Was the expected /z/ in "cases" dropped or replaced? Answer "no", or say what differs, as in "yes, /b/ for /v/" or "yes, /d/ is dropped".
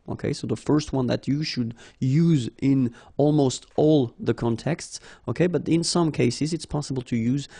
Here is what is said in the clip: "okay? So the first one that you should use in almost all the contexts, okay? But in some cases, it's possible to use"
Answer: no